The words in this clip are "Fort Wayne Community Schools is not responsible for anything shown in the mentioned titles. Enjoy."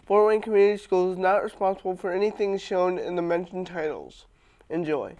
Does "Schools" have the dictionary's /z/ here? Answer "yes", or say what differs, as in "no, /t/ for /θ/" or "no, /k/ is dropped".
no, /z/ is dropped